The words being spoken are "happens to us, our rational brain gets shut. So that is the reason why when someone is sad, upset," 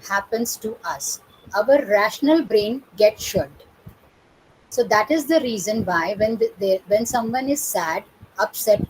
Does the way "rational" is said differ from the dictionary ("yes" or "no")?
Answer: no